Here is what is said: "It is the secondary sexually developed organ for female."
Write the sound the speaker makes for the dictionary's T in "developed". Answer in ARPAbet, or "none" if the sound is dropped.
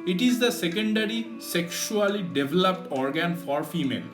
T